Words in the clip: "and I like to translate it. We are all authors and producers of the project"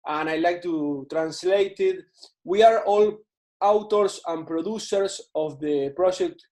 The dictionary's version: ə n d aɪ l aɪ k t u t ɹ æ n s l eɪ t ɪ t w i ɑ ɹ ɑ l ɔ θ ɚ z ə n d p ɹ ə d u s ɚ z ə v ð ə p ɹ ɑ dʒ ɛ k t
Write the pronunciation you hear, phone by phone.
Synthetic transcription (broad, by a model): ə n aɪ l aɪ k t u t ɹ æ n s l eɪ t ɪ t w i ɑ ɹ ɑ l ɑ t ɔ s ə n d p ɹ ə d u s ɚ s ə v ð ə p ɹ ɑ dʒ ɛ k t